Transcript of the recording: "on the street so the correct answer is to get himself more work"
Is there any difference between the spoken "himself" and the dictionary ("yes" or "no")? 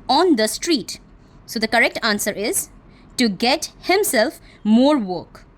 no